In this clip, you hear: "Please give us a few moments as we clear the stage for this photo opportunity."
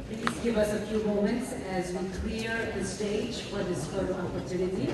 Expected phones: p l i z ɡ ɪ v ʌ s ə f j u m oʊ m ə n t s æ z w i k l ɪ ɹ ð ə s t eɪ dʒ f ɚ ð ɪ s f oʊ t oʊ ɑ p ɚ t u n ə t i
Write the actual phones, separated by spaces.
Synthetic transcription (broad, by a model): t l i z ɡ ɪ v ʌ s ə f j u m oʊ m ə n t s æ z w i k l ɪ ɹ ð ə s t eɪ dʒ f ɚ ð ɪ s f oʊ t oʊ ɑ p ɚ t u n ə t i